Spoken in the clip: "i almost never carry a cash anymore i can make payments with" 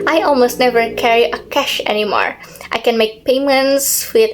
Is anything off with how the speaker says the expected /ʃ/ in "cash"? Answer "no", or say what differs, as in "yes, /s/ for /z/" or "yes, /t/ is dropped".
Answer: no